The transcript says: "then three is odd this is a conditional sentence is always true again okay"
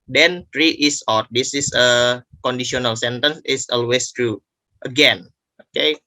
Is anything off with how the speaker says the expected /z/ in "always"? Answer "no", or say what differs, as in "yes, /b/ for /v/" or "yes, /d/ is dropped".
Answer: yes, /s/ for /z/